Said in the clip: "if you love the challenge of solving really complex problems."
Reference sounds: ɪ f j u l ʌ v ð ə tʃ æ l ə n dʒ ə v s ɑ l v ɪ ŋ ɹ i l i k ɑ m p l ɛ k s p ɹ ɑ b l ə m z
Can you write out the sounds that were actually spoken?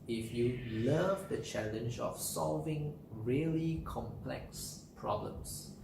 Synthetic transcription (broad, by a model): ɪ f j u l ʌ v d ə tʃ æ l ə n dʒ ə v s ɑ l v ɪ ŋ ɹ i l i k ɑ m p l ɛ k s p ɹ ɑ b l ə m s